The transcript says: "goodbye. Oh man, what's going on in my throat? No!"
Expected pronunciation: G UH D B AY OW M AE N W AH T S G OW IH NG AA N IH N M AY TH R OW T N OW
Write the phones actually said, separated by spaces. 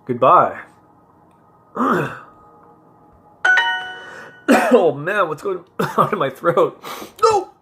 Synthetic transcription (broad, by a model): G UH D B AY OW M AE N W AH T S G OW IH NG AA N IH M AY TH R OW T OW